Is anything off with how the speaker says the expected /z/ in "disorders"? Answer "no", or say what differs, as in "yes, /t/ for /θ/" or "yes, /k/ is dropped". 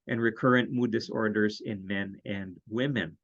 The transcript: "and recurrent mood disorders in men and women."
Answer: no